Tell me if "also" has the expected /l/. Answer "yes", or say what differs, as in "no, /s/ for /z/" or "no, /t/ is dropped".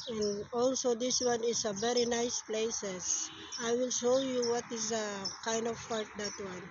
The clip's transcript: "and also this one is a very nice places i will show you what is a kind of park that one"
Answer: yes